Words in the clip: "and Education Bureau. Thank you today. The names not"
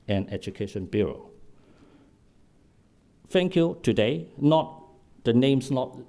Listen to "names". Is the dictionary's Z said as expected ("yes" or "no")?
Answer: no